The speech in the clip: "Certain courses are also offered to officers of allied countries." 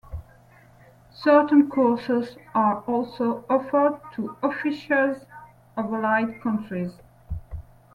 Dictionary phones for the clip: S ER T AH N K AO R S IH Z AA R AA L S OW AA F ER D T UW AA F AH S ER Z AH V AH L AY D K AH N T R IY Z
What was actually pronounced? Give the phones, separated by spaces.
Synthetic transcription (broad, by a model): S ER T AH N K AO R S IH Z AA R AA L S OW AA F ER D T UW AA F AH SH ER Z AH V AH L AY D K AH N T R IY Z